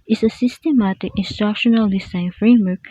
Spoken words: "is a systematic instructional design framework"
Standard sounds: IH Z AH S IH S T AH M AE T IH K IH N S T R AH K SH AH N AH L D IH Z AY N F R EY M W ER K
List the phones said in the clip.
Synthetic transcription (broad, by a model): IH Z AH S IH S T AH M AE T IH K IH N S T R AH K SH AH N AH L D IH S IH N F R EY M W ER K